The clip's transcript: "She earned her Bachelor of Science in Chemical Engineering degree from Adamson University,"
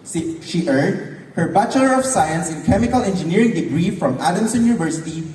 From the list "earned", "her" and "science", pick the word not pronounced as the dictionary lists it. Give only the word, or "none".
earned